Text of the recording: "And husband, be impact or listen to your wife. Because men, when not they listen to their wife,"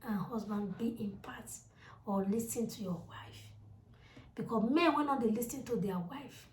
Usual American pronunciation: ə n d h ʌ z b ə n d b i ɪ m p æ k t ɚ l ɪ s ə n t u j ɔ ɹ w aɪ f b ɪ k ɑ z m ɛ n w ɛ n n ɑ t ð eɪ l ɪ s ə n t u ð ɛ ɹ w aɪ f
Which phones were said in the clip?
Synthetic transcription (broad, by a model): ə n h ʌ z b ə n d b i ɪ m p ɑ t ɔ l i s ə n t u j ɔ w aɪ f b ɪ k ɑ m ɛ n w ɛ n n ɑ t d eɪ l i s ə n t u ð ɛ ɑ w aɪ f